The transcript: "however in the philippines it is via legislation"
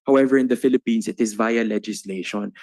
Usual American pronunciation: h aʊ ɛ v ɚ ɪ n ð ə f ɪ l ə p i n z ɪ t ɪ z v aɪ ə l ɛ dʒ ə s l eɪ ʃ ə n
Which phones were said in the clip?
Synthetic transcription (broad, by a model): h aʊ ɛ v ɚ ɪ n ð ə f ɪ l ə p i n s ɪ t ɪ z v aɪ ə l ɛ dʒ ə s l eɪ ʃ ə n